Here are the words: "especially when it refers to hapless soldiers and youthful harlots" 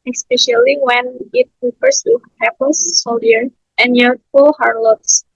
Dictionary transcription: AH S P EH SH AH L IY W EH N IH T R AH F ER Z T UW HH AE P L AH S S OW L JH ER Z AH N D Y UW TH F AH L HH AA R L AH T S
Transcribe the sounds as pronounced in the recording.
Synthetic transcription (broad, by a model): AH S P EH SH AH L IY W EH N IH T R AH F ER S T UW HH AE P AH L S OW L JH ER AH N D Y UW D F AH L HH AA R L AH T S